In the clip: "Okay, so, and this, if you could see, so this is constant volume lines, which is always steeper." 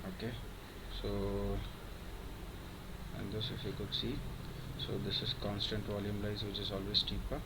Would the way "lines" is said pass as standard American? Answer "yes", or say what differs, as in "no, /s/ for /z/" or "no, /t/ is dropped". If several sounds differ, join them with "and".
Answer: no, /n/ is dropped